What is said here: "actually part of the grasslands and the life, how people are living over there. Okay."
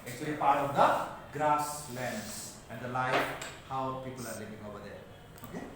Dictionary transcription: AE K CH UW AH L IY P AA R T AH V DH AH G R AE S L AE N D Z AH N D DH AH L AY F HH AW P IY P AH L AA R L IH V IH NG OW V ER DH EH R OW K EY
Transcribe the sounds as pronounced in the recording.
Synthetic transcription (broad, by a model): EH K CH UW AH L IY P AA R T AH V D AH G R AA S L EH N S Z AH N D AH L AY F HH AW P IY P AH L AA R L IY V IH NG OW B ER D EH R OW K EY